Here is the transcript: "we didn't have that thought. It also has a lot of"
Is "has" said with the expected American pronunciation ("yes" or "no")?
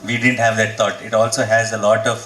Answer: yes